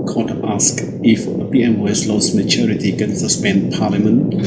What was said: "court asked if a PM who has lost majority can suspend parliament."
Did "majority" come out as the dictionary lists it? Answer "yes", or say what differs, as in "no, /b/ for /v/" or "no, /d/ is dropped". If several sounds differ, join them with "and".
no, /tʃ/ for /dʒ/